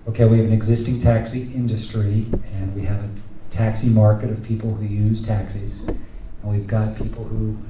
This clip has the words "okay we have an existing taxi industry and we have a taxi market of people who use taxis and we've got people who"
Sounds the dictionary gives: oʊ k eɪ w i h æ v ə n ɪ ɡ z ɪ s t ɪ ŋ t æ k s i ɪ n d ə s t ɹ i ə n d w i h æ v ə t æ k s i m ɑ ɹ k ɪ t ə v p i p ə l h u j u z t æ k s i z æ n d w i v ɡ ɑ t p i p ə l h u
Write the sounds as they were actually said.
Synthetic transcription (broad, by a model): oʊ k eɪ w i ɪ v ə n ɪ ɡ z ɪ s t ɪ ŋ t æ k s i ɪ n d ə s t ɹ i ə n w i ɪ v ə t æ k s i m ɑ ɹ k ɪ t ə v p i p l h u j u z t æ k s i z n w i v ɡ ɑ t p i p l h u